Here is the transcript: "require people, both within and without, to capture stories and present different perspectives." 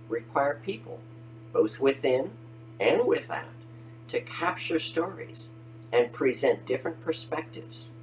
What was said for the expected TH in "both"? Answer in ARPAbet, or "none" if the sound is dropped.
TH